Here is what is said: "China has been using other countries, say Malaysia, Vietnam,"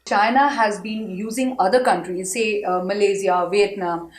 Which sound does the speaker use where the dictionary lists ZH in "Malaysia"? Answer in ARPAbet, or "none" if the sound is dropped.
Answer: Z